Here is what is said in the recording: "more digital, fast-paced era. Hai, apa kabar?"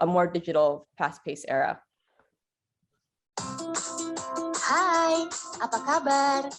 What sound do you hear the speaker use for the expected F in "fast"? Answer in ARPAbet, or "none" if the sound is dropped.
P